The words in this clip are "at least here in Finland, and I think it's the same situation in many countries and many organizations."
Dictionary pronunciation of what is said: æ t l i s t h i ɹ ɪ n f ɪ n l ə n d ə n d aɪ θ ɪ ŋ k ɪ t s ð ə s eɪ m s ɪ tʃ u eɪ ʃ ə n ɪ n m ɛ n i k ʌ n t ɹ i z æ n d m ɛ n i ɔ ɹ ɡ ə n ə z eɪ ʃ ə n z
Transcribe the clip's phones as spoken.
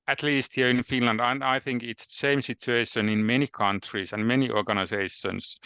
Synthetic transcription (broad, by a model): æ t l i s t h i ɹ ɪ n f ɪ n l ə n d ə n aɪ θ ɪ ŋ k ɪ t s ð ə s eɪ m s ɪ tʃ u eɪ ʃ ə n ɪ n m ɛ n i k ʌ n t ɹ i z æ n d m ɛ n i ɔ ɹ ɡ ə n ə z eɪ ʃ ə n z